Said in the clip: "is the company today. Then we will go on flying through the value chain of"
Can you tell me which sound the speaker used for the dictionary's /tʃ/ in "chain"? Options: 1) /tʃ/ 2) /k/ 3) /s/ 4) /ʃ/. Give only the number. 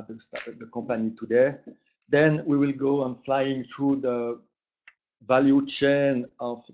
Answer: 1